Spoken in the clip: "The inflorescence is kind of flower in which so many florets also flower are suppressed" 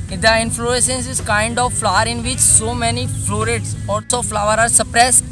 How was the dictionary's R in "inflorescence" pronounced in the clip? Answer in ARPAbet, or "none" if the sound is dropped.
none